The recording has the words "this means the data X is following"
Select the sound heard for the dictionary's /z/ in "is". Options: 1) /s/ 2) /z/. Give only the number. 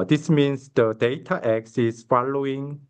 1